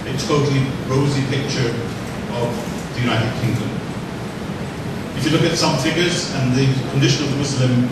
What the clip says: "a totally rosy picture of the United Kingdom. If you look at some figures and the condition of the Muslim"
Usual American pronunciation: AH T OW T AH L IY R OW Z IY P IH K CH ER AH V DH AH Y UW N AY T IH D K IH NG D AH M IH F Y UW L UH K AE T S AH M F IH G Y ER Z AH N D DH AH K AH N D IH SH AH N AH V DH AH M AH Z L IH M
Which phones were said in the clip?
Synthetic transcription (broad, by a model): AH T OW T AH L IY R OW Z IY P IH K CH ER AH V DH AH Y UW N AY T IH D K IH NG D AH M IH F Y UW L UH K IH T S AH M F IH G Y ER Z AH N DH AH K AH N D IH SH AH N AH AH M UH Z L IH M